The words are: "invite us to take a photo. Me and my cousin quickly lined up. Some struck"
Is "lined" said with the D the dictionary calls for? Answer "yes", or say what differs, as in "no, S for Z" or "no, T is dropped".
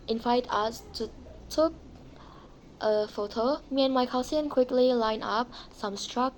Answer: no, D is dropped